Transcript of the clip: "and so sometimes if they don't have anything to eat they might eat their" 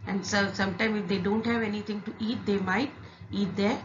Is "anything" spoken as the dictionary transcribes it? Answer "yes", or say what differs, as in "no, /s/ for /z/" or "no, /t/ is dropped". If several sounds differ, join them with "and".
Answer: no, /t/ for /θ/